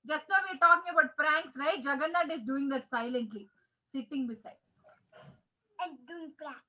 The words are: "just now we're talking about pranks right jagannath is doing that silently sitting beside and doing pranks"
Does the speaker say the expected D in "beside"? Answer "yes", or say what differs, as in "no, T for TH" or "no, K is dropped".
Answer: no, D is dropped